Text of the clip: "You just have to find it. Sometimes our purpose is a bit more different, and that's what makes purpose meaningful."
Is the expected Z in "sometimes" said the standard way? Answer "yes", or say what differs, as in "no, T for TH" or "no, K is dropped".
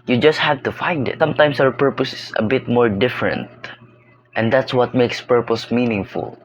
no, S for Z